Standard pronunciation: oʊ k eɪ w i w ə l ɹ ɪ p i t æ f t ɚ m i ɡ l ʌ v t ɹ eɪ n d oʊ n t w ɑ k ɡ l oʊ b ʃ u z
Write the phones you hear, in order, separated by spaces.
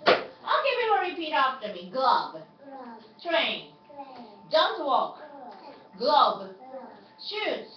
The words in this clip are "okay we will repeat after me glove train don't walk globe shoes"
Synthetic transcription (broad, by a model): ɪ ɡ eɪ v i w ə ɹ ɪ p i t æ f t ɚ m i ɡ l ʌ b t ɹ eɪ n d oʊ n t w ɑ k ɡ l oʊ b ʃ u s